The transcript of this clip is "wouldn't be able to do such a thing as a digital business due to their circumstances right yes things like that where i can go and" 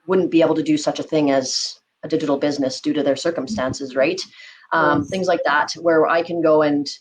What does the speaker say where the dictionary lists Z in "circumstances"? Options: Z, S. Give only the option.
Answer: Z